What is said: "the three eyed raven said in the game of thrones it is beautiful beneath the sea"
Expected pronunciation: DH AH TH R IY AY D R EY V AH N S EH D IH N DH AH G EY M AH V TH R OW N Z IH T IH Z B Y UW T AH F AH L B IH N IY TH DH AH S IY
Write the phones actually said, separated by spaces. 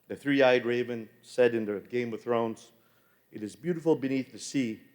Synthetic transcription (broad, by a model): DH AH TH R IY AY D R EY V AH N S EH D IH N DH AH G EY M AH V TH R OW N Z IH T IH Z B Y UW T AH F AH L B IH N IY TH DH AH S IY